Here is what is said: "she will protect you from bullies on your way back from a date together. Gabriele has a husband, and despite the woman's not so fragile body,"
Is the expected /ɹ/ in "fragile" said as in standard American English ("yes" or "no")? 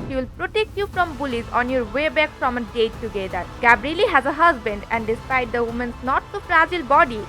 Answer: yes